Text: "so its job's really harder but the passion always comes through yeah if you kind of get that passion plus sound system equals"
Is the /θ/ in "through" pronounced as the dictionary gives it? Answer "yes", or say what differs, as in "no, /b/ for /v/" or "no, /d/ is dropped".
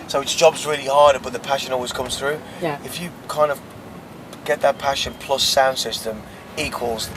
yes